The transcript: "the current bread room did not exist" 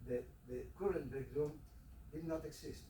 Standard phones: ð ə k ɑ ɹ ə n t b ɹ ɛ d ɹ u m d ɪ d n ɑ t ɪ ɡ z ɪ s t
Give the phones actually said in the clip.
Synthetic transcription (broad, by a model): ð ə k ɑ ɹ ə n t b ɛ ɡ ɹ u m d ɪ d n ɑ t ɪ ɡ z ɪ s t